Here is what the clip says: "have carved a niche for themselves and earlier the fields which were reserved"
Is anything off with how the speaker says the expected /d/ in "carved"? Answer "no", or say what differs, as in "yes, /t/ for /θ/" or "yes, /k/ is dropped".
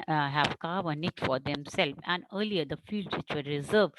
yes, /d/ is dropped